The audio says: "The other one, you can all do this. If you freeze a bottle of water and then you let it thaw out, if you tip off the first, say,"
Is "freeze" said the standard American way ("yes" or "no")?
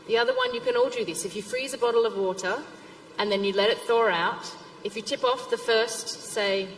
yes